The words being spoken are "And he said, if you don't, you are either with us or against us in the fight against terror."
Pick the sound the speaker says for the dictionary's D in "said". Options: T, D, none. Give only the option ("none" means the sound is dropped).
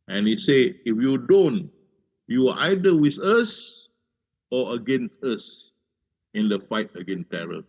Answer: none